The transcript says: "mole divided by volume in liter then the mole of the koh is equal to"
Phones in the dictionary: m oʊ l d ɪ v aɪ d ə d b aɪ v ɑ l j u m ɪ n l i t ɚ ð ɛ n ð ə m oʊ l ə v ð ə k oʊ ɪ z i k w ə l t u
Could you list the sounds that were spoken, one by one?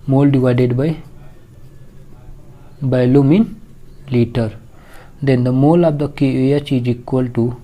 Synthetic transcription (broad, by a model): m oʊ l d ɪ v aɪ d ə d b aɪ b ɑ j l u m ɪ n l i t ɚ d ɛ n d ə m oʊ l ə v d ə k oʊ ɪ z i k w ə l t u